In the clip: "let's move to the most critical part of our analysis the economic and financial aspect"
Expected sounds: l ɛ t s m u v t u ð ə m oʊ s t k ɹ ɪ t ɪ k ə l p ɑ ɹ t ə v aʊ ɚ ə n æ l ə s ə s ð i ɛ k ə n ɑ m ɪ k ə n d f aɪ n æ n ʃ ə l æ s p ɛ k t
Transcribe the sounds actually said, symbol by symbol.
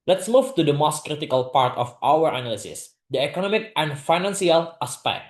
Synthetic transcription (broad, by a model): l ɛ t s m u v t u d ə m oʊ s t k ɹ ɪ t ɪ k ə l p ɑ ɹ t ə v aʊ ɚ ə n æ l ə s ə s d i ɛ k ə n ɑ m ɪ k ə n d f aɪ n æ n s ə l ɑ s p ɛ k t